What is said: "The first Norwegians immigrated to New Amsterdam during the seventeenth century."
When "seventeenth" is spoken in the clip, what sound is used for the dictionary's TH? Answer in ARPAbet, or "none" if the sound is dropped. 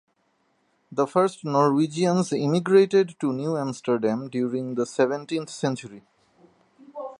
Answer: T